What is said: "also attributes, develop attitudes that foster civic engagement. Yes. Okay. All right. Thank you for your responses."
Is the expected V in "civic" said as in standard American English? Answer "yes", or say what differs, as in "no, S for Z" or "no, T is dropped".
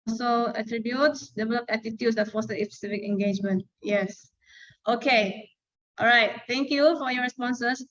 no, F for V